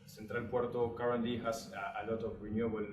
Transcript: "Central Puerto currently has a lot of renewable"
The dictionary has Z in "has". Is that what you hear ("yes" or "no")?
no